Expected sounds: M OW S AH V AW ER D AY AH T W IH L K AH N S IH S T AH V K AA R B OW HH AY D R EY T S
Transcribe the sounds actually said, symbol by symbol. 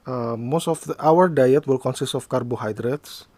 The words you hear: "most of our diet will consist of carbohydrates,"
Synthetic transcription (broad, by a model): M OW S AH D AW ER D AY AH T W IH L K AH N S IH S T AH F K AA R B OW HH AY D R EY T S